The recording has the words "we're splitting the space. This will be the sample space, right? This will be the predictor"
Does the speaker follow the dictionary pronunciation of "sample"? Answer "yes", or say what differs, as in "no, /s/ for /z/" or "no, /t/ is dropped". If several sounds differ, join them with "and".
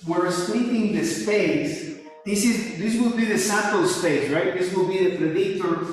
no, /m/ is dropped